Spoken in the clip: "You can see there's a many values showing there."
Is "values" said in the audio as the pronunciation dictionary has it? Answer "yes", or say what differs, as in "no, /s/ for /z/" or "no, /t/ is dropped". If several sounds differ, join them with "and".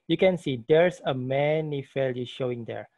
no, /f/ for /v/